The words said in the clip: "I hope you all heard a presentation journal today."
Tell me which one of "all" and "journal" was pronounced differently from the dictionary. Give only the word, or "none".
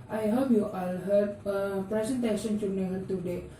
journal